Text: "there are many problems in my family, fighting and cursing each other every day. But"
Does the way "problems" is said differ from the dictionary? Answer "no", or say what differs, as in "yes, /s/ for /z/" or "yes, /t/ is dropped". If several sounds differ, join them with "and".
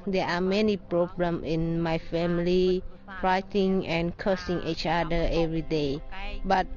yes, /z/ is dropped